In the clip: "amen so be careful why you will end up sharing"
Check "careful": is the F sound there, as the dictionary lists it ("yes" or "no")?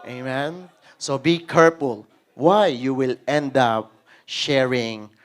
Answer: no